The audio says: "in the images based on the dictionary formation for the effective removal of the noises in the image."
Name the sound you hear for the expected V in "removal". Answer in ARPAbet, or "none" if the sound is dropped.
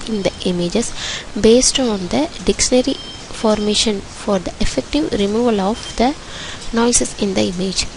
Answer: V